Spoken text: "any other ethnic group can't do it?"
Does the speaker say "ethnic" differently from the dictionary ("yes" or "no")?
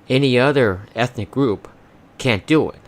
no